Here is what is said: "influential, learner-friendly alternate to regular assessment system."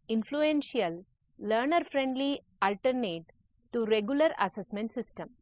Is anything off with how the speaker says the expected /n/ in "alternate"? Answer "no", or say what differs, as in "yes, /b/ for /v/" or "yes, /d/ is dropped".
no